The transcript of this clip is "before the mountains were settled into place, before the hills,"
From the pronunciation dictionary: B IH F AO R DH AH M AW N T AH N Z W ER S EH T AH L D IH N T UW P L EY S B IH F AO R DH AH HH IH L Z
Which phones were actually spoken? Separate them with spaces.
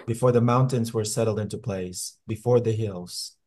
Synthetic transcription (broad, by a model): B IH F AO R DH AH M AW N T AH N Z W ER S EH T L D IH N T UW P L EY S B IH F AO R DH AH HH IH L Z